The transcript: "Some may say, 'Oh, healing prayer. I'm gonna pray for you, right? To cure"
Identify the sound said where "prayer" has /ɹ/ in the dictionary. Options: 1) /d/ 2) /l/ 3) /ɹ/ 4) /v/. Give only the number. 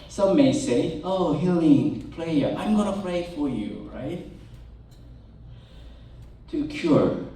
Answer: 2